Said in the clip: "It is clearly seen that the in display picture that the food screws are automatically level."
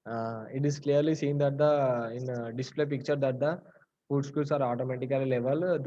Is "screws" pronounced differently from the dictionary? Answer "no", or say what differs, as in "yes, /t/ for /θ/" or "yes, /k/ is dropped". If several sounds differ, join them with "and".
yes, /ɹ/ is dropped and /s/ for /z/